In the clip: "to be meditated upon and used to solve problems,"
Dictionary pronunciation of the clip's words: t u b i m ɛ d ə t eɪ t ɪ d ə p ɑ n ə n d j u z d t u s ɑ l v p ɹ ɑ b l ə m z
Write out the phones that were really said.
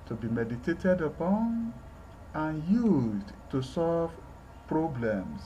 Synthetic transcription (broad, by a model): t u b i m ɛ d ə t eɪ t ɪ d ə p ɑ n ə n j u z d t u s ɑ l v p ɹ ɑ b l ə m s